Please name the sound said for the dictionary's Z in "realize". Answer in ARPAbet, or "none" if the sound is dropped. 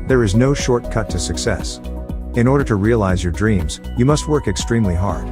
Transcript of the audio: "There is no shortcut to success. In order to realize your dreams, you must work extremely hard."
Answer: Z